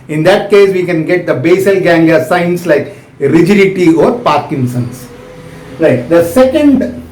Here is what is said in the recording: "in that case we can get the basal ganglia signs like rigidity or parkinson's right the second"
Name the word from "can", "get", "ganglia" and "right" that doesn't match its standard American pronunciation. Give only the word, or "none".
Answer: ganglia